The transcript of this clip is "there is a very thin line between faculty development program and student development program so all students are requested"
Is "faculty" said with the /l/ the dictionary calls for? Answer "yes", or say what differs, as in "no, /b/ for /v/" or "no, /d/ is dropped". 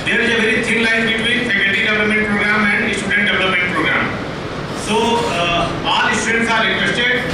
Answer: no, /l/ is dropped